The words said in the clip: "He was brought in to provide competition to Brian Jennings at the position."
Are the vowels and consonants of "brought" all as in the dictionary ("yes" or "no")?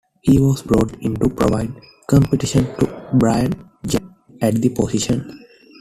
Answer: yes